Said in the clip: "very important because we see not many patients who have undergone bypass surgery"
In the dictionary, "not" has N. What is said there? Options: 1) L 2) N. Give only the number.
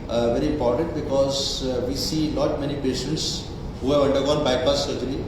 1